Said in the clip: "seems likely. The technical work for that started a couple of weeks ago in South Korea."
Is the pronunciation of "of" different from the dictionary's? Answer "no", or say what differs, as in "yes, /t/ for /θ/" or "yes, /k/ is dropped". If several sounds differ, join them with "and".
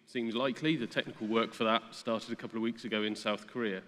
no